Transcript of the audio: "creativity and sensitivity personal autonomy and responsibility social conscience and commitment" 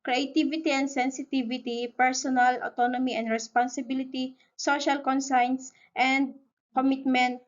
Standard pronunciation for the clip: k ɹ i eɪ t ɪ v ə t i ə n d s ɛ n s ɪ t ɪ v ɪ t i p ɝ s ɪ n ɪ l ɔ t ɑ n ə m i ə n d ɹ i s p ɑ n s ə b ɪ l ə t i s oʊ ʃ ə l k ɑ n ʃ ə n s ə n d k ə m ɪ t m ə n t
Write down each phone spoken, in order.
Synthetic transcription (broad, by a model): k ɹ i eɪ t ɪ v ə t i ə n d s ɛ n s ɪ t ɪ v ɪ t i p ɝ s ɪ n ɪ l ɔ t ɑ n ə m i ə n d ɹ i s p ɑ n s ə b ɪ l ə t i s oʊ ʃ ə l k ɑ n s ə n s ə n d k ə m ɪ t m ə n t